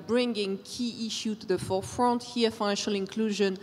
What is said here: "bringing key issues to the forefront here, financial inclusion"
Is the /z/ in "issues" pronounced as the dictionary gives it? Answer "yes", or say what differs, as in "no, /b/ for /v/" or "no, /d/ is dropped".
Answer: no, /z/ is dropped